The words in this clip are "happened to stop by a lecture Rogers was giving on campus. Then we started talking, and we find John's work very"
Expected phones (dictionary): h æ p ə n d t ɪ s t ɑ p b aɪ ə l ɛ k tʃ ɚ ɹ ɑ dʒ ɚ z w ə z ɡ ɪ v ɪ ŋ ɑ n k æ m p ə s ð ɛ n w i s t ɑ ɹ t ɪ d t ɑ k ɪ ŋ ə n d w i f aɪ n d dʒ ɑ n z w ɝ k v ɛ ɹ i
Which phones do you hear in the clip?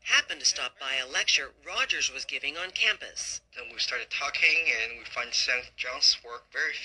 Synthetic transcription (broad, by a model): h æ p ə n t ɪ s t ɑ p b aɪ ə l ɛ k tʃ ɚ ɹ ɑ dʒ ɚ z w ə z ɡ ɪ v ɪ ŋ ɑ n k æ m p ə s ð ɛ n w i s t ɑ ɹ t ɪ d t ɑ k ɪ ŋ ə n w i f aɪ n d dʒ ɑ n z w ɝ k v ɛ ɹ i